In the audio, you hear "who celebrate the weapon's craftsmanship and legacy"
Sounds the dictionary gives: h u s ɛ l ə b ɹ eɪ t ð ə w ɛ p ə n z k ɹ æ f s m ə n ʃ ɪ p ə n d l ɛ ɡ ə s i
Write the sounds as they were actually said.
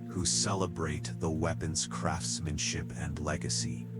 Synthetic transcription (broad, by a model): h u s ɛ l ə b ɹ eɪ t ð ə w ɛ p ə n z k ɹ æ f s m ə n ʃ ɪ p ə n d l ɛ ɡ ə s i